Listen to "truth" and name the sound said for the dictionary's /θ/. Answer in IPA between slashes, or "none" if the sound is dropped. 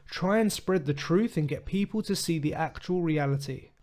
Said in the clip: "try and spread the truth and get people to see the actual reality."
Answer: /θ/